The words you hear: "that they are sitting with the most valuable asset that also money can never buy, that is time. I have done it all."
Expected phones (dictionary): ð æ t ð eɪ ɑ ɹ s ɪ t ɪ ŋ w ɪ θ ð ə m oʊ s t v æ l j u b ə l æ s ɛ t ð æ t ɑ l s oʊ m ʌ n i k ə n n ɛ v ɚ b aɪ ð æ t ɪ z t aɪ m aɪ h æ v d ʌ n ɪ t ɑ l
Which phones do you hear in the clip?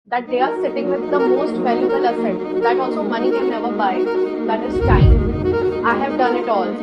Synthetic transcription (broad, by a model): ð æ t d eɪ ɑ ɹ s ɪ t ɪ ŋ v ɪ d ə m oʊ s t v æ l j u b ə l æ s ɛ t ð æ t ɑ l s oʊ m ʌ n i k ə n n ɛ v ɚ b aɪ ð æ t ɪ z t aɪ aɪ h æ v d ʌ n ɪ t ɑ l